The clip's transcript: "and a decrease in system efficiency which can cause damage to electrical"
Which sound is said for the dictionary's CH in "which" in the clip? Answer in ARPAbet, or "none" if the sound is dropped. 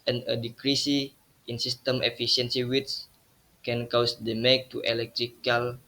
S